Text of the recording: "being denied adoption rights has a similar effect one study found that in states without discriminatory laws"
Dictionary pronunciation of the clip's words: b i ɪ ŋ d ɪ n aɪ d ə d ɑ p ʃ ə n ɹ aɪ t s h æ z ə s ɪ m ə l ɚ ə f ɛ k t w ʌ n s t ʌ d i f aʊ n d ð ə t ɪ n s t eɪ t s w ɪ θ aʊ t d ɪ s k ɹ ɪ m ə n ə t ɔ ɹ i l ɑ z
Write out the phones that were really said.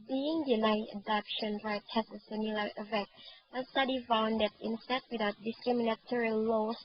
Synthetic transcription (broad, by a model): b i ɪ ŋ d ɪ n aɪ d ə d ɑ p ʃ ə n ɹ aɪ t h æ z ə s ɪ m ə l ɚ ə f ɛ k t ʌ s t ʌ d i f aʊ n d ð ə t ɪ n s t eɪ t w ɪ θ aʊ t d ɪ s k ɹ ɪ m ə n ə t ɔ ɹ i l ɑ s